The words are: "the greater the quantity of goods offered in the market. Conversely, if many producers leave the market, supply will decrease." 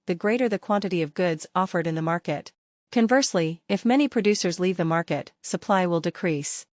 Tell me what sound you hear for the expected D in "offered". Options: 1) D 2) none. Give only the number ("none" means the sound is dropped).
1